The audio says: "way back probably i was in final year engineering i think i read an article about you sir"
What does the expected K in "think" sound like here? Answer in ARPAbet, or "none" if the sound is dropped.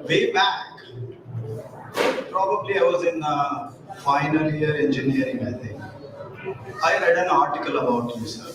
none